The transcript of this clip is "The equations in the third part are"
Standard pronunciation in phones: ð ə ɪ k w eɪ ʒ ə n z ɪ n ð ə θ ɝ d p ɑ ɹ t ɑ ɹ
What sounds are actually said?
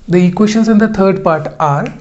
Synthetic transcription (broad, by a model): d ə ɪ k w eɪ ʃ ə n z ɪ n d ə t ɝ d p ɑ ɹ t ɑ ɹ